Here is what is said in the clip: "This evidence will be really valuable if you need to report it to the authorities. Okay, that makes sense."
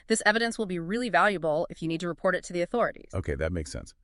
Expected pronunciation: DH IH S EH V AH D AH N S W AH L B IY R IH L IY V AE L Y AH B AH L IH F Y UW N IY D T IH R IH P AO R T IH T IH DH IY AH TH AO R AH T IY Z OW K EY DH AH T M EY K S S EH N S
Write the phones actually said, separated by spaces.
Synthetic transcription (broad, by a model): DH IH S EH V AH D AH N S W AH L B IY R IH L IY V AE L Y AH B L IH F Y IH N IY D T IH R IH P AO R T IH T IH DH IY AH TH AO R AH T IY Z OW K EY DH AH T M EY K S S EH N S